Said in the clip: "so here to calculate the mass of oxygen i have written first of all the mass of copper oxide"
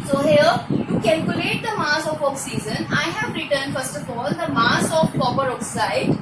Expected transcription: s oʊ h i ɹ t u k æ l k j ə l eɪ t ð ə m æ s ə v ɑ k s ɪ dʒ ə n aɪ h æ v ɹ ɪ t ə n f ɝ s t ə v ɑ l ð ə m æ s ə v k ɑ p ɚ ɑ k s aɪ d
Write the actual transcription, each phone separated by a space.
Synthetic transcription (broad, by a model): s oʊ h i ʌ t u k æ l k j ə l eɪ t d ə m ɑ s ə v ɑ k s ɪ z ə n aɪ h æ v ɹ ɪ t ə n f ɝ s t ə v ɑ l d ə m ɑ s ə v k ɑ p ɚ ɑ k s aɪ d